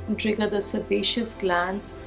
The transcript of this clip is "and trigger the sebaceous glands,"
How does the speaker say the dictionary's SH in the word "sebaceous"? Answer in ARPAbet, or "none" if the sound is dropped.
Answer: SH